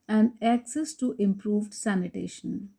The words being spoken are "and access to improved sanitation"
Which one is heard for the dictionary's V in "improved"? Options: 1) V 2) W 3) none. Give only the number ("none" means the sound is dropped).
1